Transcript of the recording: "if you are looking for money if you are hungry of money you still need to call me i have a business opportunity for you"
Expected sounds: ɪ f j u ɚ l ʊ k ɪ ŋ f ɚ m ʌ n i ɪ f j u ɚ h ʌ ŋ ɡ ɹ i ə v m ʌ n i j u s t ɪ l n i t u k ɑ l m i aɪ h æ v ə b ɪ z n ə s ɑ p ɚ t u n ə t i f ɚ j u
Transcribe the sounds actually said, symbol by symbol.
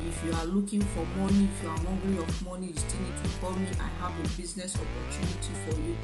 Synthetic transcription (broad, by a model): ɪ f j u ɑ l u k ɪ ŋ f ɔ m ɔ n i ɪ f j u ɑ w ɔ ɡ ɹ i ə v m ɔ n i j u s t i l n i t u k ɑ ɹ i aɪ h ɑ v ə b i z n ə s ɑ p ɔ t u n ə t i f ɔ j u